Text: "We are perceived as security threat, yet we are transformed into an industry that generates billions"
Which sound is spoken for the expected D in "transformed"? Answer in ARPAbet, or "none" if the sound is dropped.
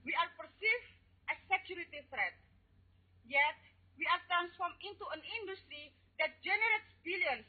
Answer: none